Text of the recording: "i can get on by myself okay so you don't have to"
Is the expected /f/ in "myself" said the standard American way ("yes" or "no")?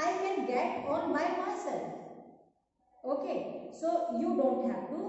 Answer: no